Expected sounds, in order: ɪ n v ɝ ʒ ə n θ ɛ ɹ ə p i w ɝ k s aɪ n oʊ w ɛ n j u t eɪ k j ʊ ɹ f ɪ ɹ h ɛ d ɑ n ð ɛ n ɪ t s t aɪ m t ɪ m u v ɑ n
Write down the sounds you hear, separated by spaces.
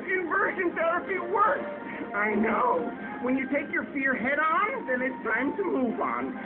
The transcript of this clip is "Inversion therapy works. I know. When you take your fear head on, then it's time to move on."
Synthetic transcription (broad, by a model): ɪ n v ɝ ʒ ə n θ ɛ ɹ ə p i w ɝ s aɪ n oʊ w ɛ n j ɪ t eɪ k j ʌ ɹ f ɪ ɹ h ɛ d n ð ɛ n ɪ t s t aɪ m t ɪ m u v n